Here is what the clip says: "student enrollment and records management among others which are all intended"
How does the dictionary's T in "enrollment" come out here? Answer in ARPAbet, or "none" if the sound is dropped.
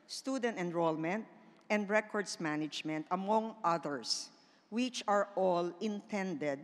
T